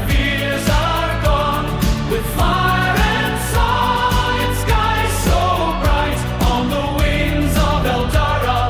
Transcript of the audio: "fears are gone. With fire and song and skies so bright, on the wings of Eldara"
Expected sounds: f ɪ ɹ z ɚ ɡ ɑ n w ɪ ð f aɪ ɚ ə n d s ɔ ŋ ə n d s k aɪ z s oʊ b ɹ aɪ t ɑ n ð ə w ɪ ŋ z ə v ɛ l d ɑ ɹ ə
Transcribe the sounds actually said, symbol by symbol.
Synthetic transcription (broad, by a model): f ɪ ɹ z ɚ ɡ ɑ n w ɪ ð f aɪ ɚ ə n s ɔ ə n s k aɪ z s oʊ b ɹ aɪ t n ð ə w ɪ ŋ z ə v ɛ l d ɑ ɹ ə